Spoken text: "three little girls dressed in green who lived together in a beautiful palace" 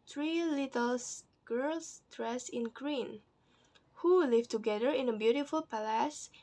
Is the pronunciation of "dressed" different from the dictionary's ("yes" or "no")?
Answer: yes